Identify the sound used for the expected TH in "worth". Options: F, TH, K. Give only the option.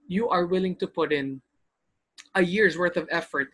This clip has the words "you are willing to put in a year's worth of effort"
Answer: TH